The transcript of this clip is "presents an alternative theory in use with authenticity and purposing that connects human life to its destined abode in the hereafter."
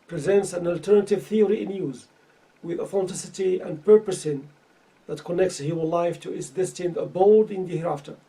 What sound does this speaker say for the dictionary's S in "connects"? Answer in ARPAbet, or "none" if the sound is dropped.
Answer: S